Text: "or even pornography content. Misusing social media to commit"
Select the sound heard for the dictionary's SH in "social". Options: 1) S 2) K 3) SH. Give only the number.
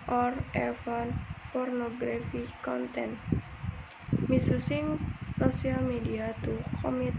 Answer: 1